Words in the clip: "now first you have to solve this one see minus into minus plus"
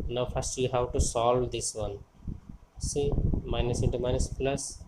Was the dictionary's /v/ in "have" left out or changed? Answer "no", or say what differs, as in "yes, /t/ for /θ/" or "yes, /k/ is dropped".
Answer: yes, /w/ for /v/